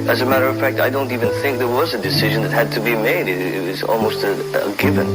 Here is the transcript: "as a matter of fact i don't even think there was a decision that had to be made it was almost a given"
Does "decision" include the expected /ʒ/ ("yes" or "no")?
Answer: yes